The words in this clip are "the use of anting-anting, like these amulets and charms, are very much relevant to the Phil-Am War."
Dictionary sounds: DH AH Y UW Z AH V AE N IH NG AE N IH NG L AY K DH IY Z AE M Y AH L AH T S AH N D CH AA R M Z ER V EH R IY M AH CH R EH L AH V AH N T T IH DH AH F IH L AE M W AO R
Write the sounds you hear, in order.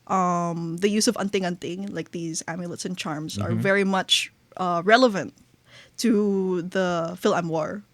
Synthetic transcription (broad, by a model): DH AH Y UW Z AH V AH N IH NG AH N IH NG L AY K DH IY Z AE M Y AH L AH T S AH N CH AA R M Z ER V EH R IY M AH CH R EH L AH V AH N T T IH DH AH F IH L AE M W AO R